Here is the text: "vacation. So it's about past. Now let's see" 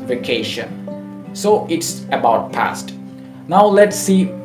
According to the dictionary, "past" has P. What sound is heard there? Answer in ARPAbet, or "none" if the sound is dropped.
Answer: P